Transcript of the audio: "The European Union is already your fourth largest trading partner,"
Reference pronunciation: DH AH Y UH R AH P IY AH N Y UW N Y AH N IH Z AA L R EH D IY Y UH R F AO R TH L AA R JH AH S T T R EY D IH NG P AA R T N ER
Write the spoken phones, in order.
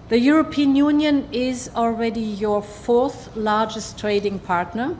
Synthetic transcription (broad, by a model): DH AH Y UH R AH P IY AH N Y UW N Y AH N IH Z AA L R EH D IY Y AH R F AO R TH L AA R JH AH S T T R EY D IH NG P AA R T N ER